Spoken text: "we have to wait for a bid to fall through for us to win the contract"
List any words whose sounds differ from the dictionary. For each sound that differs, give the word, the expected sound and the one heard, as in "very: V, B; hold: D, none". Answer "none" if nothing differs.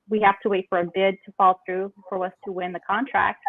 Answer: have: V, F